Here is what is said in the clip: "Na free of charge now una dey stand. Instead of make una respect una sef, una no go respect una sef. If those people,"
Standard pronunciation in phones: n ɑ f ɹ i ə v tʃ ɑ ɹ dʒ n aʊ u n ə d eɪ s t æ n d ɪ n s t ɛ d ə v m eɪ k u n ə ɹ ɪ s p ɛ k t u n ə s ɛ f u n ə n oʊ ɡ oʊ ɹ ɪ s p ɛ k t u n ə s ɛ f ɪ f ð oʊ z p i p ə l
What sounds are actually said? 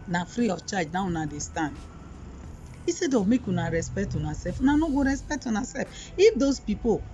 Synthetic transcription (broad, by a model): n ɑ f ɹ i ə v tʃ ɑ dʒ n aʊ u n ə d eɪ s t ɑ n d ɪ s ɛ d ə m eɪ k u n ə ɹ ɪ s p ɛ k t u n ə s ɛ f u n ə n oʊ ɡ oʊ ɹ ɪ s p ɛ k t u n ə s ɛ f ɪ f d oʊ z p i p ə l